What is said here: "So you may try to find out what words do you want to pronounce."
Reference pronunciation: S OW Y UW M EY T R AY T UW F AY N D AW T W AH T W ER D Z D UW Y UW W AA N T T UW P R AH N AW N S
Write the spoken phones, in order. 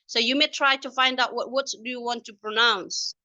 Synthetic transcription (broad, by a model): S OW Y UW M EY T R AY T UW F AY N D AW T W AH T W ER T D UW Y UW W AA N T T UW P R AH N AW N S